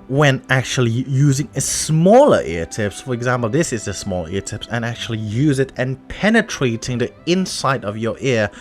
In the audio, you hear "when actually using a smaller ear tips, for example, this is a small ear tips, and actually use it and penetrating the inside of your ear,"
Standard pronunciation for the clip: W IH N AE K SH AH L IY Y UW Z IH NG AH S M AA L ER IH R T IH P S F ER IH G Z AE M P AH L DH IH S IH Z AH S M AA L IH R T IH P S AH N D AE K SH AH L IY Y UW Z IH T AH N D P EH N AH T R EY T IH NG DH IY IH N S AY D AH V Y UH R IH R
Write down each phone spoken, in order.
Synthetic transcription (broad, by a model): W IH N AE K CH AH L IY Y UW Z IH NG AH S M AA L ER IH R T IH P S F ER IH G Z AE M P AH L DH IH S IH Z AH S M AA L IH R T IH P S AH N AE K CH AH L IY Y UW Z IH T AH N P EH N AH T R EY T IH NG DH IY IH N S AY D AH V Y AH R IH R